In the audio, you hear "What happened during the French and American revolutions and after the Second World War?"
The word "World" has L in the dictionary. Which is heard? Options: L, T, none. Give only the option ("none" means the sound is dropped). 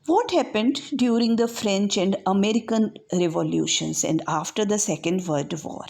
none